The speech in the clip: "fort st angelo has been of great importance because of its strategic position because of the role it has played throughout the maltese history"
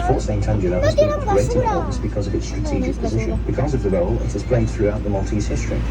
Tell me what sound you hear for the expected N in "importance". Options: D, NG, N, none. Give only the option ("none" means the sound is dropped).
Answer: none